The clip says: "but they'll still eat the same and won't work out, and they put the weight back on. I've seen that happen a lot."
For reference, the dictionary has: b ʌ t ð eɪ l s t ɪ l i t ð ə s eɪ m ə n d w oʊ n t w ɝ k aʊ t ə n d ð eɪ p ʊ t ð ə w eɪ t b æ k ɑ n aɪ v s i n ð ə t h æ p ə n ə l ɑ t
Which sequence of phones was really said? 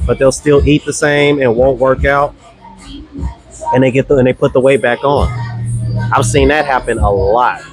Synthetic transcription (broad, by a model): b ʌ t ð eɪ l s t ɪ l i t ð ə s eɪ m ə n w oʊ n t w ɝ k aʊ t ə n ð ð eɪ p ʊ t ð ə w eɪ b æ k n aɪ v s i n ð ə t h æ p ə n ə l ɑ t